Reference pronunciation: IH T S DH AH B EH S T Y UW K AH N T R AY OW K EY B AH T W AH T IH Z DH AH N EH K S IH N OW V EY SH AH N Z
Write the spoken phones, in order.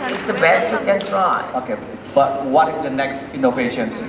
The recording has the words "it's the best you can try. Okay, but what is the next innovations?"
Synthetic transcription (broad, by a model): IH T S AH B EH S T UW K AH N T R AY OW K EY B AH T W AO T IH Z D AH N EH K S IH N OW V EY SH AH N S